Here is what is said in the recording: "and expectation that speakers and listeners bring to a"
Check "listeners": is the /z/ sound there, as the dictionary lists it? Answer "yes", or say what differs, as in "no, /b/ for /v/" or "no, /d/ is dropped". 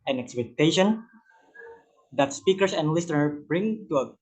no, /z/ is dropped